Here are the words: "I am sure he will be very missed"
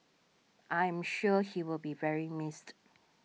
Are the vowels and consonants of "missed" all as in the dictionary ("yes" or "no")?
yes